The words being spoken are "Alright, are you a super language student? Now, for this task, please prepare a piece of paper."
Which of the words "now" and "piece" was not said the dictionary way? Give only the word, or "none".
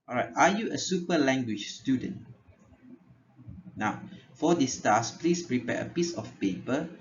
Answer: none